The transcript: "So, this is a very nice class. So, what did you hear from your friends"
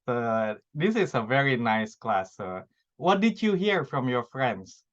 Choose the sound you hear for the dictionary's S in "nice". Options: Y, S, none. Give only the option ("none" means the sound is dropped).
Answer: S